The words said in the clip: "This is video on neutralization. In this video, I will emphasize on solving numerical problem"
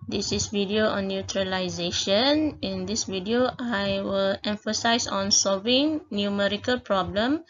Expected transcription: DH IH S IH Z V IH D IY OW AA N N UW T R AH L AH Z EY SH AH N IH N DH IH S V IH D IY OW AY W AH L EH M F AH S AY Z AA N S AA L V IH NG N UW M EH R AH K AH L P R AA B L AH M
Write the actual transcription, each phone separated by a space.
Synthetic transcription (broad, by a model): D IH S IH S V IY D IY OW AA N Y UW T R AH L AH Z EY SH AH N IH N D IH S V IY D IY OW AY W AH L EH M F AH S AY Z AA N S AA L V IH NG N UW M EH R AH K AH L P R AA B L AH M